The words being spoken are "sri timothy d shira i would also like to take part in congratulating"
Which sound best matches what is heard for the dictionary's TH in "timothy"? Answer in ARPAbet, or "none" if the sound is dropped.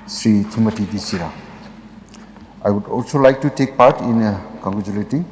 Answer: T